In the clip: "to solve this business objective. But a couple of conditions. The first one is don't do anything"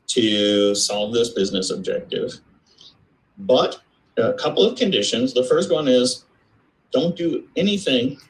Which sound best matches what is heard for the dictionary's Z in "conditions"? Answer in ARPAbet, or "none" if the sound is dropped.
Z